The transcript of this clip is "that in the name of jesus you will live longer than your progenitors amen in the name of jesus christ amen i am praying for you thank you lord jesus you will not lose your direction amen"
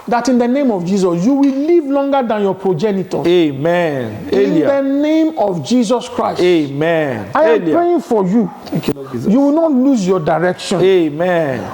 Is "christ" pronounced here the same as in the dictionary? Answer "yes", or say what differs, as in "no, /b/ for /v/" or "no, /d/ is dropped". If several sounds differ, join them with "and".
no, /t/ is dropped